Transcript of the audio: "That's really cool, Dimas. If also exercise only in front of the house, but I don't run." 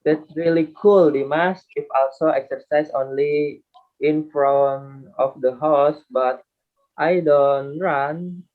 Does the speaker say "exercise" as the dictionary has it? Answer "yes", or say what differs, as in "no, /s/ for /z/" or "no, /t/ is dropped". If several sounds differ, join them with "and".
no, /s/ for /z/